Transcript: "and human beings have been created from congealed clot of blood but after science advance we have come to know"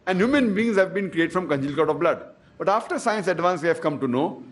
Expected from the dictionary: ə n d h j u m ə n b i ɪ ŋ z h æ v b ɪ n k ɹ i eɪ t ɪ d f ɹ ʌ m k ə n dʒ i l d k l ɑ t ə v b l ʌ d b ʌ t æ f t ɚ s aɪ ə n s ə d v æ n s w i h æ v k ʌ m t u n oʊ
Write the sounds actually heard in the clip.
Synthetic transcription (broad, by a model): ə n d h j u m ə n b i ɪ ŋ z h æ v b ɪ n k ɹ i eɪ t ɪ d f ɹ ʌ m k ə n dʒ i l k ɑ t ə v b l ʌ d b ʌ t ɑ f t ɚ s aɪ ə n s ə d v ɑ n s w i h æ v k ʌ m t u n oʊ